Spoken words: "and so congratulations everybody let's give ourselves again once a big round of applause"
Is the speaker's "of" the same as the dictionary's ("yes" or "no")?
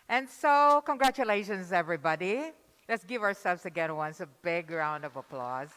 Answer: yes